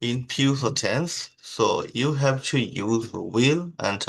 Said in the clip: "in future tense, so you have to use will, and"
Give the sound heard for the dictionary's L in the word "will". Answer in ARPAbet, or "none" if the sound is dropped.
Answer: L